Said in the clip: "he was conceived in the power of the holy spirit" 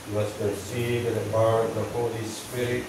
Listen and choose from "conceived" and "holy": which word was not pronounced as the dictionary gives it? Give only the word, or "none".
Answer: conceived